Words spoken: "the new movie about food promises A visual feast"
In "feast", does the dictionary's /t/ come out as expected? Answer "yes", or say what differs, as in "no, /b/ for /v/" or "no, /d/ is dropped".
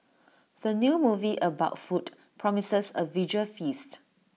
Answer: yes